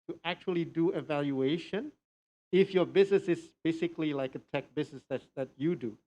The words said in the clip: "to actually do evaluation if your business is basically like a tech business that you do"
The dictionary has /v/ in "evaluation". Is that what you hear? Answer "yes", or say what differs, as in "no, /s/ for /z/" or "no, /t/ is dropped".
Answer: yes